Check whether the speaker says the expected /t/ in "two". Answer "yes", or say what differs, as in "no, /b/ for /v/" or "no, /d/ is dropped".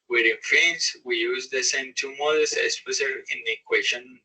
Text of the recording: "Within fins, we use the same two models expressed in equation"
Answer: yes